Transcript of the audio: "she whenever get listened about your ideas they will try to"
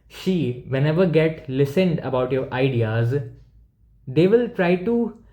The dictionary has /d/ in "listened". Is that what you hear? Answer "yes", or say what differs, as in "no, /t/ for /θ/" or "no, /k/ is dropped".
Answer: yes